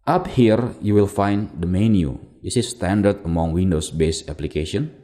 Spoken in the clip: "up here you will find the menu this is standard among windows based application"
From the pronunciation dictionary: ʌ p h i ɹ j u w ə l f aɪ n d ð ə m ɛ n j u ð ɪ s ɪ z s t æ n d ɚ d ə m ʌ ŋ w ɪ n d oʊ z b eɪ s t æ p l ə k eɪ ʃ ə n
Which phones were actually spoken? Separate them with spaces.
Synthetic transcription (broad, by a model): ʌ p h i ɹ j u w ə l f aɪ n d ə m ɛ n j u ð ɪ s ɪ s s t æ n d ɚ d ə m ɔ ŋ w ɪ n d oʊ s b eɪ s æ p l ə k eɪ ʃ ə n